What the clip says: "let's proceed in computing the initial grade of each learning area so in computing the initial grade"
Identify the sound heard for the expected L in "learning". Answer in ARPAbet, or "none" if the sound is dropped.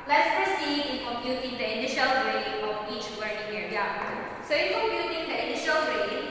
W